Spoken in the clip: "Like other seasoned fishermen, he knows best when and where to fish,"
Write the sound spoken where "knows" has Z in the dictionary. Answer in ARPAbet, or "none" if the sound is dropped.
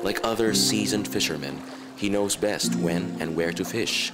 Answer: Z